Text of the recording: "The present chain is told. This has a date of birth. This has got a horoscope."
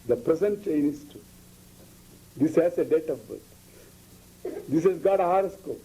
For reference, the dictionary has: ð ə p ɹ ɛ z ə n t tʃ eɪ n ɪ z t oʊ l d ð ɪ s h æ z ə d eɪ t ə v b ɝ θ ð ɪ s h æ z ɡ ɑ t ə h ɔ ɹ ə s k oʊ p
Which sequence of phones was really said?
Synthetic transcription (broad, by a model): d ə p ɹ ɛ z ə n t tʃ eɪ n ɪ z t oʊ d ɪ s h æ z ə d eɪ t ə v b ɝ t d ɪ s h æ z ɡ ɑ t ə h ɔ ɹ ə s k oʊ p